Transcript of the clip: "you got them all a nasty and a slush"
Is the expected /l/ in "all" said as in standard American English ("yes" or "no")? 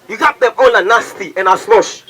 no